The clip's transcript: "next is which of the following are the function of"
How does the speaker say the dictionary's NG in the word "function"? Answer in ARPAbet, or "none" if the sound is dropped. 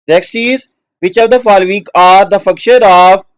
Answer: none